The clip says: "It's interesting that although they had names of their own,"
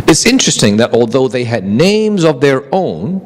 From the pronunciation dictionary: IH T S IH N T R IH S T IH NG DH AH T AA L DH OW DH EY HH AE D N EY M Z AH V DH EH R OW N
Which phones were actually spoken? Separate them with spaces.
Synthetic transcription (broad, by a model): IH T S IH N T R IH S T IH NG DH AH T AA L DH OW DH EY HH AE D N EY M Z AH V DH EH R OW N